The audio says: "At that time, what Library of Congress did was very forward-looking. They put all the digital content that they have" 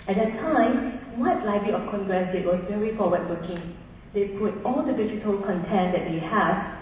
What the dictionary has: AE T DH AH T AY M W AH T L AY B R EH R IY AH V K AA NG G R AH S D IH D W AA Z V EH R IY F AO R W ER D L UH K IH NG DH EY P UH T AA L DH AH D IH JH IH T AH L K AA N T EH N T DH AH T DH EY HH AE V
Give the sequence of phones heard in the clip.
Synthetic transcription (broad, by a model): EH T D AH T AY M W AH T L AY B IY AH F K AA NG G R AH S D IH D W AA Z V EH R IY F AO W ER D W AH K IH NG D EY P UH T AA L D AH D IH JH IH T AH L K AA N T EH N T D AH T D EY HH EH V